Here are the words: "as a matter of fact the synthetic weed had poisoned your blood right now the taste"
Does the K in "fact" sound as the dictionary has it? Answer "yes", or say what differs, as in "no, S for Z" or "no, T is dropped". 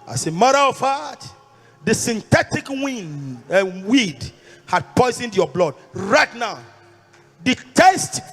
no, K is dropped